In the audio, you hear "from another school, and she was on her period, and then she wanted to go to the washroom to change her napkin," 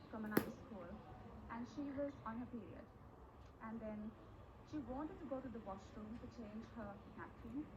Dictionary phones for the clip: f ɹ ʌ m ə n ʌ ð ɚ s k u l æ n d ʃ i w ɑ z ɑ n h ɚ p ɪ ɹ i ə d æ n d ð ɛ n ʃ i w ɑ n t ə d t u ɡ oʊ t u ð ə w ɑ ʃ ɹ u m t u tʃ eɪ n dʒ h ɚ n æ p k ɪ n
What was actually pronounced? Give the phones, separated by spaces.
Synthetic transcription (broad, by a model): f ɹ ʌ m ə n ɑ ɪ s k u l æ n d ʃ i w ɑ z ɑ n h ɚ p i ɹ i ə d æ n d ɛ n ʃ i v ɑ n t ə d t u ɡ oʊ t u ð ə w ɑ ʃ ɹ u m t u tʃ eɪ n dʒ h ɚ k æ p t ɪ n